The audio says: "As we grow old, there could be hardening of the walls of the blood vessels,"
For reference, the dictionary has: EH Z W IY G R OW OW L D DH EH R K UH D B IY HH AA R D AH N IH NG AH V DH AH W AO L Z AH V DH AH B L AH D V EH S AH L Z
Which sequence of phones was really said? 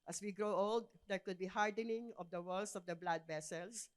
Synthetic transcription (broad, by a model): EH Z W IY G R OW OW L D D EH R K UH D B IY HH AA R D AH N IH NG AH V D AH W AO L S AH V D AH B L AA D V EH S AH L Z